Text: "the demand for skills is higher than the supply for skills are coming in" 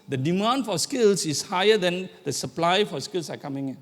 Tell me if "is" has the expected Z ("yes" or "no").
no